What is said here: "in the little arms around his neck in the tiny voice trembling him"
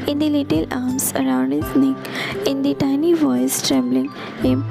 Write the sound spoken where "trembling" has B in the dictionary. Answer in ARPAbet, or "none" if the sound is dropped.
B